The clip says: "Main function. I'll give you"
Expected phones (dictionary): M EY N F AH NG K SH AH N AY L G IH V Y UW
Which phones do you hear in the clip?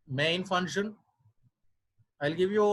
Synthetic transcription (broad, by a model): M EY N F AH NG SH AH N AY L G IH V Y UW